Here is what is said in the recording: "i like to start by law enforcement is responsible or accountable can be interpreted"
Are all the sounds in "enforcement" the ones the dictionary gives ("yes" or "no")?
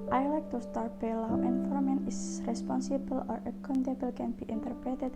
no